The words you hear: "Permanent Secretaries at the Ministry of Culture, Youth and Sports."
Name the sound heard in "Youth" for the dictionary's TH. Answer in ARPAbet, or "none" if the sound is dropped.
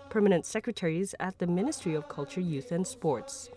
TH